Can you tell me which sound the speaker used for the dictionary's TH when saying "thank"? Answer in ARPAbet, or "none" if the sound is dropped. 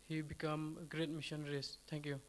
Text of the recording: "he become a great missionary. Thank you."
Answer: S